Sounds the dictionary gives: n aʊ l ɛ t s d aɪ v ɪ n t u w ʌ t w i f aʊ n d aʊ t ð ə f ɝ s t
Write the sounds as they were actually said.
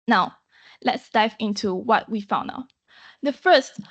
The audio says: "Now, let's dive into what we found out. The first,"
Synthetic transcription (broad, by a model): n aʊ l ɛ t s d aɪ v ɪ n t u w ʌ t w i f aʊ n aʊ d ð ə f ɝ s t